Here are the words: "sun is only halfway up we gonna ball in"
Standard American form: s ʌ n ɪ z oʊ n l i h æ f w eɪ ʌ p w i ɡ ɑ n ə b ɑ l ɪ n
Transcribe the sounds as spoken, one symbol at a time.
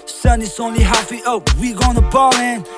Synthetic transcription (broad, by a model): s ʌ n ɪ s oʊ n l i h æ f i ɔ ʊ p w i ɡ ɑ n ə b ɑ l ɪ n